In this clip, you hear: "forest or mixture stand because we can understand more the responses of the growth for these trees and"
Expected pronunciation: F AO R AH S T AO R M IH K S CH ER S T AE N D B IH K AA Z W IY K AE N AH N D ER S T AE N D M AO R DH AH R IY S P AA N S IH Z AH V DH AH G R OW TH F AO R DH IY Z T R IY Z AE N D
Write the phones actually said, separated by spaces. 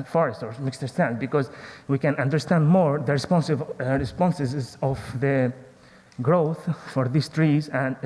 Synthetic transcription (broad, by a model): F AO R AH S T AO R M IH K S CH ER S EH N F B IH K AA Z W IY K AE N AH N D ER S T AE N D M AO R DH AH R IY S P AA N S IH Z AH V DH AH G R OW TH F AO R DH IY S T R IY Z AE N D